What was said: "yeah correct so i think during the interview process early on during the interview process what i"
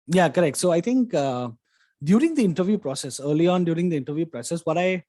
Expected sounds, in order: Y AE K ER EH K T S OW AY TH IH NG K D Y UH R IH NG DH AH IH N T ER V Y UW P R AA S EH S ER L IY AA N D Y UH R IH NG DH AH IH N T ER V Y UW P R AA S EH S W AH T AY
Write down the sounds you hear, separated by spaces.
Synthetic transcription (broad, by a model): Y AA K ER EH K T S OW AY T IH NG K D Y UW R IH NG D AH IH N T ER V Y UW P R AA S EH S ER L IY AA N D Y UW R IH NG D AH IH N T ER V Y UW P R AA S EH S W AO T AY